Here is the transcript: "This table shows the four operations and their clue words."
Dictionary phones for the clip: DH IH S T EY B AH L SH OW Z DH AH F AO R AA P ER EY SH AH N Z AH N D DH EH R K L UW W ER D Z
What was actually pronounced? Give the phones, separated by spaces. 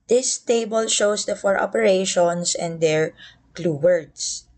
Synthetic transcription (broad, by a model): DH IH S T EY B AH L SH OW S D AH F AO R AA P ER EY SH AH N S AH N D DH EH R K L UW W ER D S